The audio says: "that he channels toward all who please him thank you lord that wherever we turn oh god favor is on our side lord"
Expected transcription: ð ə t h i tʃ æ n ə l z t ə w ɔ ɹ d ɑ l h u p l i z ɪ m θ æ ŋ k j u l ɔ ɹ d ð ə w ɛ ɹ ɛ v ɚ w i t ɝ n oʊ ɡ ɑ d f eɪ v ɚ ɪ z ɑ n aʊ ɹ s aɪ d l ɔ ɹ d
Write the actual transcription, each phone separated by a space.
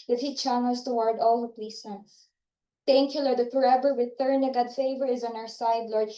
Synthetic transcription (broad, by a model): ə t h i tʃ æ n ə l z t ə w ɔ ɹ d ɑ l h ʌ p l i s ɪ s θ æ ŋ k j u l ɔ ɹ d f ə ɹ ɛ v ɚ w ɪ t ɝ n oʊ ɡ ɑ d f eɪ v ɚ ɪ z ɑ n aʊ ɹ s aɪ d l ɔ ɹ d